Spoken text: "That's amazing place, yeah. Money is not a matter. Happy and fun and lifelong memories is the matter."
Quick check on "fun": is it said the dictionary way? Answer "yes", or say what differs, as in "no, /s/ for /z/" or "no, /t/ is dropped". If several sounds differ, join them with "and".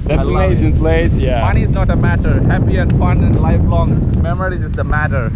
yes